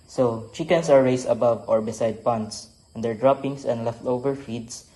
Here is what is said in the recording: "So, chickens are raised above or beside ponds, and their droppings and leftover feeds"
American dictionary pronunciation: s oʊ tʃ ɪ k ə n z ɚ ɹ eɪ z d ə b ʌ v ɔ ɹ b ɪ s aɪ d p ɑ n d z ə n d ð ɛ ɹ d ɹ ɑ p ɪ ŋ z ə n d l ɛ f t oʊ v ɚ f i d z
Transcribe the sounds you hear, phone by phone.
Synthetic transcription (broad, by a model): s oʊ tʃ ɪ k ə n s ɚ ɹ eɪ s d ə b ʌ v ɔ ɹ b ɪ s aɪ d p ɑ n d s ə n d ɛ ɹ d ɹ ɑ p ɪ ŋ s ə n d l ɛ f t oʊ v ɚ f i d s